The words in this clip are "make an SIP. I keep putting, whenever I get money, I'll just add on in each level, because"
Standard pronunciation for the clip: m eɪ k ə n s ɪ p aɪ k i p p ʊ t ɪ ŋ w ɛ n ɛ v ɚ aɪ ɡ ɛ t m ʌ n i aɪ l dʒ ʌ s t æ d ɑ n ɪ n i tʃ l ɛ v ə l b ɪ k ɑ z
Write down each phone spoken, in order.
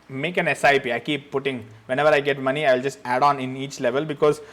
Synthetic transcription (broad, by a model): m eɪ k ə n s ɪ p aɪ k i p p ʊ t ɪ ŋ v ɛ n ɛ v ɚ aɪ ɡ ɛ t m ʌ n i aɪ l dʒ ʌ s t æ d ɑ n ɪ n i tʃ l ɛ v ə l b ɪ k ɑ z